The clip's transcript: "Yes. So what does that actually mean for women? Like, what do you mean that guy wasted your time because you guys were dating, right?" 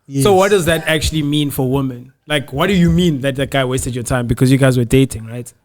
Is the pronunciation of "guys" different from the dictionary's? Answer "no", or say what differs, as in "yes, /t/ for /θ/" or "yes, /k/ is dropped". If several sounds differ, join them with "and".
no